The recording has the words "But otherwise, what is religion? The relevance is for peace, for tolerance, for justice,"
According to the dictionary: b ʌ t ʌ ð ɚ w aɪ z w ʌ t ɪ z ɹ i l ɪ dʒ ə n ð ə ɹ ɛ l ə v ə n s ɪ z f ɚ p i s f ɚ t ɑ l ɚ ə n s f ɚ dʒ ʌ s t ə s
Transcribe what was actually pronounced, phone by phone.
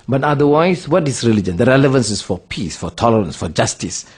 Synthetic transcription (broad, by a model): b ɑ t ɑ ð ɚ w aɪ s w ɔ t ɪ s ɹ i l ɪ dʒ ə n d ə ɹ ɛ l ə v ə n s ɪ s f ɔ p i s f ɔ t ɑ l ɚ ə n s f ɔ dʒ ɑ s t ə s